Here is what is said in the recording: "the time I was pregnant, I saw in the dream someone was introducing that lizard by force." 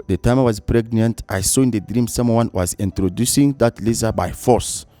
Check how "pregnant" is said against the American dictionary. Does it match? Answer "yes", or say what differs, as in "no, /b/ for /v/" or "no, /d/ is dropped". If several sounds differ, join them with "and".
yes